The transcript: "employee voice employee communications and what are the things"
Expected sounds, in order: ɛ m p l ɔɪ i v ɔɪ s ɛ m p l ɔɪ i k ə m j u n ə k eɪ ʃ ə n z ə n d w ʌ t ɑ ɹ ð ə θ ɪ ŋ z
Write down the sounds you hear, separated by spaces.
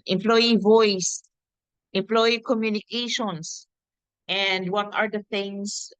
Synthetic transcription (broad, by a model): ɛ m p l ɔɪ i v ɔɪ s ɛ m p l ɔɪ i k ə m j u n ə k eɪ ʃ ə n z ə n d w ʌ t ɑ ɹ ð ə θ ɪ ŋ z